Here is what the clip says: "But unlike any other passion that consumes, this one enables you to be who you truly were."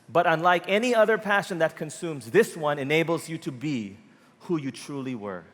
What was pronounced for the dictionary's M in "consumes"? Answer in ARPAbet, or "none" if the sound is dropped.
M